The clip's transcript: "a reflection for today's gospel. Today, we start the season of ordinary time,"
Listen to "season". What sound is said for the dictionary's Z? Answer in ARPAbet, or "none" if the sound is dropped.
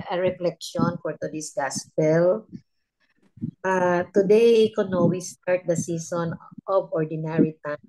S